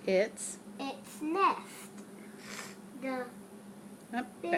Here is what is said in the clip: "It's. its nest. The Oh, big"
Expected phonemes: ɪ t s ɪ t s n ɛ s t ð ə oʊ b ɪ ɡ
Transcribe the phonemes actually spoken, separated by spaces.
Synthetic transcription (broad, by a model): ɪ t s ɪ t s n ɛ s t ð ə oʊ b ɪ